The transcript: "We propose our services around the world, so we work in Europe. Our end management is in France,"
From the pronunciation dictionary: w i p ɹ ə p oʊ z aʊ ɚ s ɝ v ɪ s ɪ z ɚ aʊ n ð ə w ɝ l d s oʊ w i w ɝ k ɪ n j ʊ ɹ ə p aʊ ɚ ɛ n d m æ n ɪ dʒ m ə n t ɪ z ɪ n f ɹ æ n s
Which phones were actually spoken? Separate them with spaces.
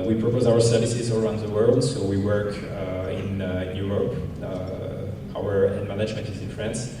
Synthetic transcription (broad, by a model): w i p ɹ ə p oʊ z aʊ ɚ s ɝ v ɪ s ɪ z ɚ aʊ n ð ə w ɝ l d s oʊ w i w ɝ k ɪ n j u ɹ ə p aʊ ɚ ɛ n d m æ n ɪ dʒ m ə n t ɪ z ɪ n f ɹ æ n s